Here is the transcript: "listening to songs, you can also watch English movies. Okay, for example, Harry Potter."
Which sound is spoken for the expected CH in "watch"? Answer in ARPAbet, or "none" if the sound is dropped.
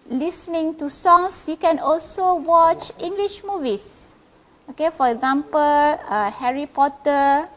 CH